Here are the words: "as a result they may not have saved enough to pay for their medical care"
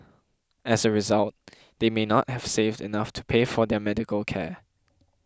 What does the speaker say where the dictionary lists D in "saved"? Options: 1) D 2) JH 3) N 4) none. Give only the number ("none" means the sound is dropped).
1